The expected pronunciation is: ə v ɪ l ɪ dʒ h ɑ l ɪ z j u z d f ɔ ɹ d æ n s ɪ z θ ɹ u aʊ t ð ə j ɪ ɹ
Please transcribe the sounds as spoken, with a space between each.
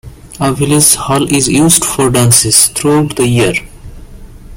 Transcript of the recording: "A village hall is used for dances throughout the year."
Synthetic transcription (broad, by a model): ə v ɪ l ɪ z h ɑ l ɪ z j u z d f ɔ ɹ d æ n s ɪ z t ɹ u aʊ t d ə j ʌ ɹ